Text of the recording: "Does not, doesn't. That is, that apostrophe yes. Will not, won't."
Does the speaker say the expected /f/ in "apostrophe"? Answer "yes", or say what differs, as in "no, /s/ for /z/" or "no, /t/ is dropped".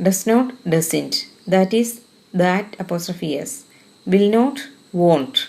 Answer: yes